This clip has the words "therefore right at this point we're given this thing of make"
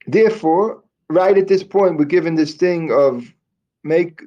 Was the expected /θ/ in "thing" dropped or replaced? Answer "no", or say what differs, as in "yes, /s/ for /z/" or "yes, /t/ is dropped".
no